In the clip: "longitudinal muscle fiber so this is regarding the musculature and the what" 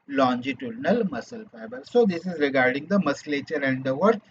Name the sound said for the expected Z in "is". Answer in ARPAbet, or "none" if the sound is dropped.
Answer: Z